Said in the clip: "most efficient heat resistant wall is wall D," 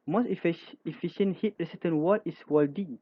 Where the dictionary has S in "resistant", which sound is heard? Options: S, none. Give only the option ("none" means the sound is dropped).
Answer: none